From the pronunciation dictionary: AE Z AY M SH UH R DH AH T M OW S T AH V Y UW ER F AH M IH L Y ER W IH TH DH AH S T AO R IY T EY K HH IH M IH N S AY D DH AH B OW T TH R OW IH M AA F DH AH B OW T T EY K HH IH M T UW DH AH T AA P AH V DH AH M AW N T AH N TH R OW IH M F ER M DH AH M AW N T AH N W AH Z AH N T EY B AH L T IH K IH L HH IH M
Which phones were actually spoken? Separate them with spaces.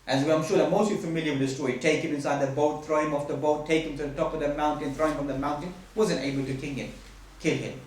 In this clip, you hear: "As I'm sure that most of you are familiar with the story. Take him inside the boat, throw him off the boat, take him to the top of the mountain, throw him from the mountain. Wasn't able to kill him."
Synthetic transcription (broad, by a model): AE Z AY M SH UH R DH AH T M OW S T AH F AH M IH L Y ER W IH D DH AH S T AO IY T EY K HH IH M IH N S AY D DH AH B OW T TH R OW IH M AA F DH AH B OW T T EY K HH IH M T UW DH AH T AA P AH V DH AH M AW N T AH N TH R OW IH M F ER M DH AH M AW N T AH N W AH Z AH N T EY B AH L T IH K IH L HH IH M